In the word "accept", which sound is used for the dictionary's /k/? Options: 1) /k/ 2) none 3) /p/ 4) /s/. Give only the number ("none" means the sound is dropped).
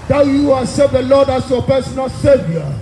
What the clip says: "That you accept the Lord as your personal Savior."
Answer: 2